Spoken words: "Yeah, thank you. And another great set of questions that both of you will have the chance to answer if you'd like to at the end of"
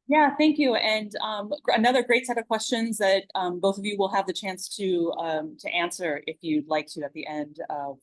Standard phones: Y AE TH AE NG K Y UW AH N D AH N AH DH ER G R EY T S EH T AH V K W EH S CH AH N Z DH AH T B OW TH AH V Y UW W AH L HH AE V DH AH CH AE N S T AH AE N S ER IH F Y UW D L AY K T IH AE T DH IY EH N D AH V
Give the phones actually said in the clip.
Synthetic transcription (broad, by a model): Y AE TH AE NG K Y UW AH N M AH N AH DH ER G R EY T S EH T AH V K W EH S CH AH N Z DH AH T B OW TH AH V Y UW W AH L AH V DH AH CH AE N S T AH AE N S ER IH F Y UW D L AY K T IH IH T DH IY EH N D AH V